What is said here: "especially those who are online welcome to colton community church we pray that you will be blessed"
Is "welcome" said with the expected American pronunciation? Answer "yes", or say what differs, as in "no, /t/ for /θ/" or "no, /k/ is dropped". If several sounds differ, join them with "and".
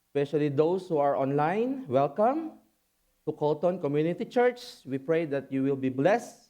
yes